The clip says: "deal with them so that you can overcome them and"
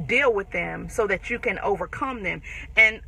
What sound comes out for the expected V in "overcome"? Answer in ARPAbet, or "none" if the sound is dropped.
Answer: V